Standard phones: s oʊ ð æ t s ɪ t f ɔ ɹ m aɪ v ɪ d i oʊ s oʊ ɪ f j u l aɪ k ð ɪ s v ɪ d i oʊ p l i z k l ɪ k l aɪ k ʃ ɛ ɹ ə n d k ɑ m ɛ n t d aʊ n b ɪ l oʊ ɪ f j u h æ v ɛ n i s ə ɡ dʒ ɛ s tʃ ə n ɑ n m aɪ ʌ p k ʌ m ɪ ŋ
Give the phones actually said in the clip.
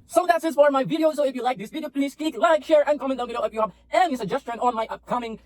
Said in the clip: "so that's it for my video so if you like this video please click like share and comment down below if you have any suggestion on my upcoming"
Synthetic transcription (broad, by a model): s oʊ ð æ t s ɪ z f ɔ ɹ m aɪ v ɪ d i oʊ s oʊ ɪ f j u l aɪ k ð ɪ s v ɪ d i oʊ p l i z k ɪ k l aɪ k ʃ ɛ ɹ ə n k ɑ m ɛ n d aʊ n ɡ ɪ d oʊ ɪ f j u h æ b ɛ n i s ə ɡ dʒ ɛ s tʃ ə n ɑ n m aɪ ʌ p k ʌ m ɪ ŋ